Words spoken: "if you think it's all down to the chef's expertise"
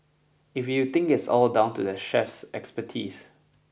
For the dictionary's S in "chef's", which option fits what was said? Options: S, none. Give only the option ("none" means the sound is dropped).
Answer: S